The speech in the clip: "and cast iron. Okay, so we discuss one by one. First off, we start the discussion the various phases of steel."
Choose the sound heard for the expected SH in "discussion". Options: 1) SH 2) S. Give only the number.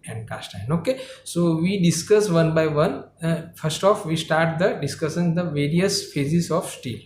2